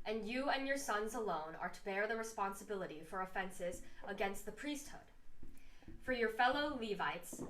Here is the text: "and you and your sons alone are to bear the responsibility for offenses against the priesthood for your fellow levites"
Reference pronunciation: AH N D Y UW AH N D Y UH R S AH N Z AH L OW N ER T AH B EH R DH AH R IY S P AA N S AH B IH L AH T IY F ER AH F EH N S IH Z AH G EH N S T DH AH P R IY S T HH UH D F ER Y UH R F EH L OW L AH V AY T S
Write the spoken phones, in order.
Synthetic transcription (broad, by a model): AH N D Y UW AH N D Y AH R S AH N Z AH L OW N ER T AH B EH R DH AH R IY S P AA N S AH B IH L AH T IY F ER AH F EH N S IH Z AH G EH N S T DH AH P R IY S T HH UH D F ER Y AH R F EH L OW L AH V AY T S